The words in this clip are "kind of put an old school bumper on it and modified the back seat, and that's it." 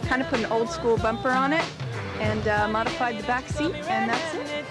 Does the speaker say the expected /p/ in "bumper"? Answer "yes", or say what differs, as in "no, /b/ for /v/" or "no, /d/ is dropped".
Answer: yes